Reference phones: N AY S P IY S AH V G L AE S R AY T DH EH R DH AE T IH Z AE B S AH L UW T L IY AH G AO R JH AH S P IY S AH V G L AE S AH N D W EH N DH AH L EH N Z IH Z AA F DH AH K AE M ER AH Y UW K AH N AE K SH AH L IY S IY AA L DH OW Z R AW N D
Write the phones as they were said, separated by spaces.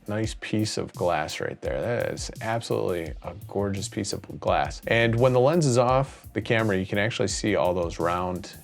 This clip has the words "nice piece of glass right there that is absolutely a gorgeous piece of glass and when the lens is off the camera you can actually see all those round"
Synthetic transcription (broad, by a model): N AY S P IY S AH V G L AE S R AY T DH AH R DH AE T IH Z AE B S AH L UW T L IY AH G AO R JH AH S P IY S AH V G L AE S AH N W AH N DH AH L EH N Z IH Z AA F DH AH K AE M ER AH Y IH K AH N AE K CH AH L IY S IY AA L DH OW Z R AW N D